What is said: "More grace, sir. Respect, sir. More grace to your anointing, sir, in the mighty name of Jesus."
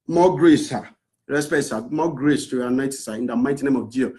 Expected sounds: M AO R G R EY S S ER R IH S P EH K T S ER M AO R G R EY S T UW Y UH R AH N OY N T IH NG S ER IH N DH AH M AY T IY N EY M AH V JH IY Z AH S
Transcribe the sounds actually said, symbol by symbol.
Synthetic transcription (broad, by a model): M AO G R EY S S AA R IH S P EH T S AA M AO G R EY S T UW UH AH N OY T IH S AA IH N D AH M AY T IY N EY M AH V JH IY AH